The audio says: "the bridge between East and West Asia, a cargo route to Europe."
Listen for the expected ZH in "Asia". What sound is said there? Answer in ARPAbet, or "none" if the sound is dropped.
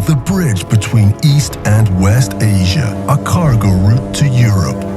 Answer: ZH